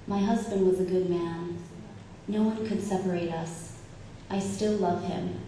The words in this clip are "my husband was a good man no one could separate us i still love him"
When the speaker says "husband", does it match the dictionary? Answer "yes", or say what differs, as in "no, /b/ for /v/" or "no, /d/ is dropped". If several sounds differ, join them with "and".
yes